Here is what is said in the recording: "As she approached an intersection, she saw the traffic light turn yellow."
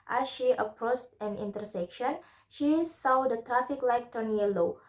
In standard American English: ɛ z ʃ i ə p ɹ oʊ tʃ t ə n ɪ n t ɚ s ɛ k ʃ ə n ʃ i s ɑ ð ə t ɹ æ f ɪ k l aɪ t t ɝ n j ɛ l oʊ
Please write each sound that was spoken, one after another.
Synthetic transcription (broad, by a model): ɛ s ʃ i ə p ɹ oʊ s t ə n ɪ n t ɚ s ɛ k ʃ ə n ʃ i s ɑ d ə t ɹ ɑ f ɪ k l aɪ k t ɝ n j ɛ l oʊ